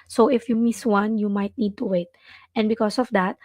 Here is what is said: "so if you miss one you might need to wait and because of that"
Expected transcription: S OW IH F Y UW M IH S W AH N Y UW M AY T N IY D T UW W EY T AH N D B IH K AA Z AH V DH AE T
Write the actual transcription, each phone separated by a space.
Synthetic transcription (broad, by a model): S OW IH F Y UW M IH S W AH N Y UW M AY T N IY D T UW W EY T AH N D B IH K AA S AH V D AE T